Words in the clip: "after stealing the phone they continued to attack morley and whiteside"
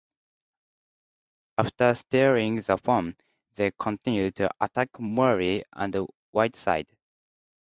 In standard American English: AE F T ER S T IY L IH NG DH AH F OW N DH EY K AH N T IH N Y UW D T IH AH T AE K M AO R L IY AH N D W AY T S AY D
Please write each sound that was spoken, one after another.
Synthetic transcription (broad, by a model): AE F T ER S T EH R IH NG DH AH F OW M DH EY K AH N T IH N Y UW D T IH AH T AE K M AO R IY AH N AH W AY T S AY D